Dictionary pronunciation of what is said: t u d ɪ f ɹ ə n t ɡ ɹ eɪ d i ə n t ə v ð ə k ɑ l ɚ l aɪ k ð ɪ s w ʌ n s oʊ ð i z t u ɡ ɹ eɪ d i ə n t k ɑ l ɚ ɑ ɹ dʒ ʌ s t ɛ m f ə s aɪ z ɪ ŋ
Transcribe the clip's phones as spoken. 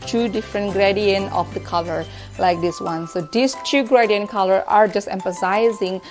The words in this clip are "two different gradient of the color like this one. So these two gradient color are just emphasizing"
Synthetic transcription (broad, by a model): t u d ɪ f ɹ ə n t ɡ ɹ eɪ d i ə n ə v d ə k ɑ l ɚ l aɪ k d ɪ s w ʌ n s oʊ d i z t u ɡ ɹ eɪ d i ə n k ɑ l ɚ ɑ ɹ dʒ ʌ s t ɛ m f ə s aɪ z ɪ ŋ